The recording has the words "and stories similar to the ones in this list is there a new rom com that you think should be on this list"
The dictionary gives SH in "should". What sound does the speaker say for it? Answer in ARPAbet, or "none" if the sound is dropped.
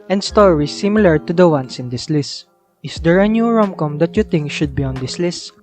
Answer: SH